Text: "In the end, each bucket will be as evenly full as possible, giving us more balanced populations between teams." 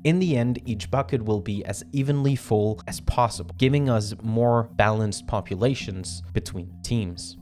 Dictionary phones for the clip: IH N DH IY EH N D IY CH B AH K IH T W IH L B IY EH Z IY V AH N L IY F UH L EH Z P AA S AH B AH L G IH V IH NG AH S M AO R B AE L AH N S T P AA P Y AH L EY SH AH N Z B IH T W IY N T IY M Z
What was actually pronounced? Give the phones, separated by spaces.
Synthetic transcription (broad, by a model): IH N DH IY EH N D IY CH B AH K IH T W IH L B IY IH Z IY V AH N L IY F UH L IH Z P AA S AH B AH L G IH V IH NG AH S M AO R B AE L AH N S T P AA P Y AH L EY SH AH N Z B IH T W IY N T IY M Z